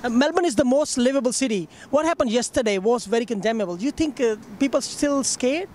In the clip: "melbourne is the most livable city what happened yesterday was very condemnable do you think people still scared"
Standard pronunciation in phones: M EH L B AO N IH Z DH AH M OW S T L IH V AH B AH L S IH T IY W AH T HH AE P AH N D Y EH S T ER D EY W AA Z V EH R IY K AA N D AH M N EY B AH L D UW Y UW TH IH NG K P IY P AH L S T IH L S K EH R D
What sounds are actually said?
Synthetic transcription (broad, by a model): M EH L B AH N IH Z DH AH M OW S T L IH V AH B AH L S IH T IY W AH T HH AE P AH N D Y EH S T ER D EY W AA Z V EH R IY K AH N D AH M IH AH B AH L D Y UW T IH NG K P IY P AH L S T IH L S K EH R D